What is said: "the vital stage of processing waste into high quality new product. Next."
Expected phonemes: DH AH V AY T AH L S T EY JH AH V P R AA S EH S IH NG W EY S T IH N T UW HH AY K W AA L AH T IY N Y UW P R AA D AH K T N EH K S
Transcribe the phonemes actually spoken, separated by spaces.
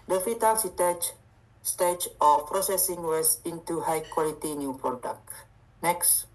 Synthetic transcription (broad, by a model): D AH F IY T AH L S T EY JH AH F P R AA S EH S IH NG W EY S IH N T UW HH AY K W AA L AH T IY N Y UW P R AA D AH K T N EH K S